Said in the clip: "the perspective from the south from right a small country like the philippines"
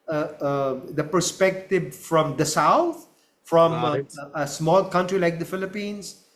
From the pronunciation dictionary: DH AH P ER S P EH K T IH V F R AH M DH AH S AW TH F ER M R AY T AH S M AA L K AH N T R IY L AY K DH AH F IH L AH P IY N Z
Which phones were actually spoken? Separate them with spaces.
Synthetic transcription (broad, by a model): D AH P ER S P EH K T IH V F R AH M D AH S AW T F R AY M AH S M AA L K AH N T R IY L AY K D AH F IH L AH P IY N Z